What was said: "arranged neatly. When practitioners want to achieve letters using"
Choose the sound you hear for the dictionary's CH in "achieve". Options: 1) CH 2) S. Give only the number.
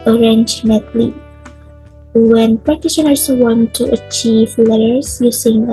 1